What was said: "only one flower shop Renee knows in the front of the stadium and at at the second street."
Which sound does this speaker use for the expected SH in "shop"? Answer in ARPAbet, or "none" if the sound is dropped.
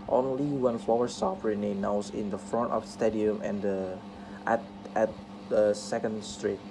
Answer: S